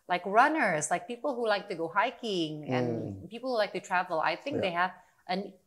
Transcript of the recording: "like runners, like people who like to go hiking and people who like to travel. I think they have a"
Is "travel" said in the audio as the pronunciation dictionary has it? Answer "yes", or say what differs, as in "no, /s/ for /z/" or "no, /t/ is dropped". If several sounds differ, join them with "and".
yes